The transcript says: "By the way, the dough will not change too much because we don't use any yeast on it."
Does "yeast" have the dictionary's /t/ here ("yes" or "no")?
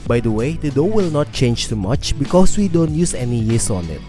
no